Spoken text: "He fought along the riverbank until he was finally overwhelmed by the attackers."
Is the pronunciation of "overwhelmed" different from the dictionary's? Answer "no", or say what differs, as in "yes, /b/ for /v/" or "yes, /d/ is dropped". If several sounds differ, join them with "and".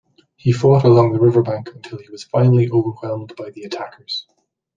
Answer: no